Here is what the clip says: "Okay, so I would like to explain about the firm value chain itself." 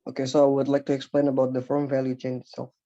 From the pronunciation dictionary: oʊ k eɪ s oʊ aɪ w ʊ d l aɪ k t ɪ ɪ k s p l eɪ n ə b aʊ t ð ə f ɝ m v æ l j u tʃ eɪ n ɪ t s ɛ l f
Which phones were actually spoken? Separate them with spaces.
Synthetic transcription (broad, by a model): oʊ k eɪ s oʊ aɪ w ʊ d l aɪ k t ɪ ɪ k s p l eɪ n ə b aʊ t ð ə f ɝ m v æ l j u tʃ eɪ n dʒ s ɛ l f